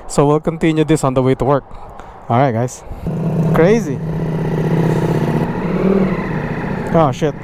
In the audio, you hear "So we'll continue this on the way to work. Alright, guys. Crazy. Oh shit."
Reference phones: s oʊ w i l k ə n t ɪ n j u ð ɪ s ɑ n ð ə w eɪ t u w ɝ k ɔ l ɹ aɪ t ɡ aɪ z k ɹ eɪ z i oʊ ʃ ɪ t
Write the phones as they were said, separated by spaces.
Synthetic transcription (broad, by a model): s oʊ w i l k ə n t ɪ n j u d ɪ s ɑ n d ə w eɪ t u w ɝ k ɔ ɹ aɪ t ɡ aɪ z k ɹ eɪ z i oʊ ʃ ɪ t